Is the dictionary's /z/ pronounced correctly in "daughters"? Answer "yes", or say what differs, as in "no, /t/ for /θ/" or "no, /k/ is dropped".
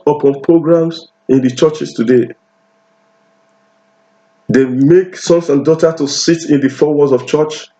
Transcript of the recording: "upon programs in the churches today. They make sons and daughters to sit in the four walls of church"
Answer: no, /z/ is dropped